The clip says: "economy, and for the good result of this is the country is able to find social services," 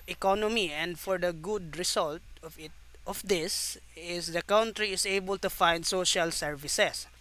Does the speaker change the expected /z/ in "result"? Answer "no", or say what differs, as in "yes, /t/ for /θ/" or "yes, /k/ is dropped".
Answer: yes, /s/ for /z/